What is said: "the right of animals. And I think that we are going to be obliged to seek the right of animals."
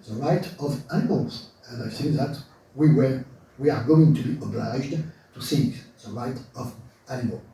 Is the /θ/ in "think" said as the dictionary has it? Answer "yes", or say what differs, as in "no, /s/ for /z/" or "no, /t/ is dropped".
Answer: no, /s/ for /θ/